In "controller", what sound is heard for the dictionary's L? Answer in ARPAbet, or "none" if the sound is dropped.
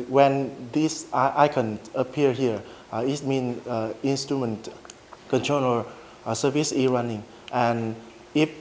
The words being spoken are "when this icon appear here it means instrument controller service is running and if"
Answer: N